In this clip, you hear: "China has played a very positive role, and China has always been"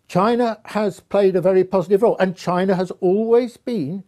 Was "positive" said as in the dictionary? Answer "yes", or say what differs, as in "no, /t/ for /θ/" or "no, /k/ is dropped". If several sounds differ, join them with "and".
yes